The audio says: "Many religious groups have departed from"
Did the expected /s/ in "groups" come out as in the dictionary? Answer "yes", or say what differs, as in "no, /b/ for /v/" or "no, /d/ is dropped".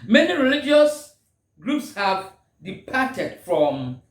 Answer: yes